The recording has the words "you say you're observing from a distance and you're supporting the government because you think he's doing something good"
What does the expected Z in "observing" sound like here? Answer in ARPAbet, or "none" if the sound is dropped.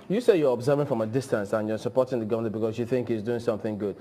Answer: Z